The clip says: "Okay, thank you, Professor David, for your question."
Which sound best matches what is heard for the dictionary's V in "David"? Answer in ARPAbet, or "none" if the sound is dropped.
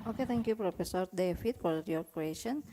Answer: F